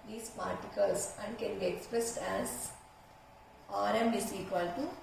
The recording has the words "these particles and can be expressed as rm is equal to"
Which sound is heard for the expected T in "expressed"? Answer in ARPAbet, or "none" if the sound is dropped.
T